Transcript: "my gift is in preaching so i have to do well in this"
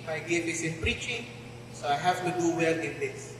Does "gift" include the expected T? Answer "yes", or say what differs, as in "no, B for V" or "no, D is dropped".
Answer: no, T is dropped